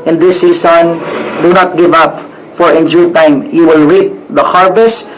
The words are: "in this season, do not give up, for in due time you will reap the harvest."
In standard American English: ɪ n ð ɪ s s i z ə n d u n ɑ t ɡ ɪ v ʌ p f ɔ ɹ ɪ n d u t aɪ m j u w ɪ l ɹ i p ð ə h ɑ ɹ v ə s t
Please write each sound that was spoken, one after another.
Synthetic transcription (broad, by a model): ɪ n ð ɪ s s i s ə n d u n ɑ t ɡ ɪ v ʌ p f ɔ ɹ ɪ n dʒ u t aɪ m j u w ɪ l ɹ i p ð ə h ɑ ɹ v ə s